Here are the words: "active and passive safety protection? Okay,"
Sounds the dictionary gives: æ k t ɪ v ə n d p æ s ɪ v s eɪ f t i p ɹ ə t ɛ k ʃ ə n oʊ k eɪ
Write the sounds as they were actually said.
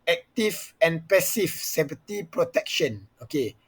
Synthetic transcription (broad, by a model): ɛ k t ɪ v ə n p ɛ s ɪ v s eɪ p t i p ɹ ə t ɛ k ʃ ə n oʊ k eɪ